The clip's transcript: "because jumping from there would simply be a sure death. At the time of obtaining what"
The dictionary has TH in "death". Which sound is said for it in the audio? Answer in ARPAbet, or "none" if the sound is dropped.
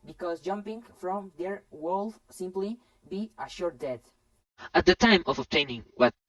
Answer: T